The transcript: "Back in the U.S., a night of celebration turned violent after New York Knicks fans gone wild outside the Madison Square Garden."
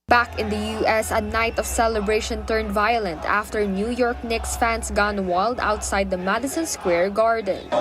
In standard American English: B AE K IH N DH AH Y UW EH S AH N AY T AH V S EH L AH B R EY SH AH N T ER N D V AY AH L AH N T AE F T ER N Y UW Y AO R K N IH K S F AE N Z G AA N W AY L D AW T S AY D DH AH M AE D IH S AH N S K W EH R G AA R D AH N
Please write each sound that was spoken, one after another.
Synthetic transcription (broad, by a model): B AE K IH N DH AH Y UW EH S AH N AY T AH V S EH L AH B R EY SH AH N T ER N D V AY AH L AH N T AE F T ER N Y UW Y AO R K N IH K S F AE N S G AA N W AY L D AW T S AY D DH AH M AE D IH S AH N S K W EH R G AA R D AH N